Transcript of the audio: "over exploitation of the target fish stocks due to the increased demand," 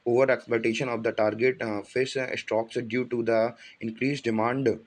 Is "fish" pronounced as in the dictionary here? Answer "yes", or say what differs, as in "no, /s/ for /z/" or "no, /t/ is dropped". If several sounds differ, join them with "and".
no, /s/ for /ʃ/